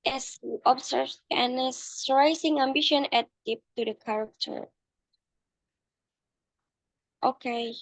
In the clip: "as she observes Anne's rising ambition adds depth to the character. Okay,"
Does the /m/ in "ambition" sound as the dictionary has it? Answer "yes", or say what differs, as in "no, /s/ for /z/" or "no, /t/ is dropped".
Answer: yes